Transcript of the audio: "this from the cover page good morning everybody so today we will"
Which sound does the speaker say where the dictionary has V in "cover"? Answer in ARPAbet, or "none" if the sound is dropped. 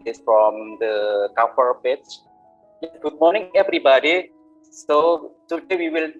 F